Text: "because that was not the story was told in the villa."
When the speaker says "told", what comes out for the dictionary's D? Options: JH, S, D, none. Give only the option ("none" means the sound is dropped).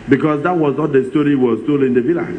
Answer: none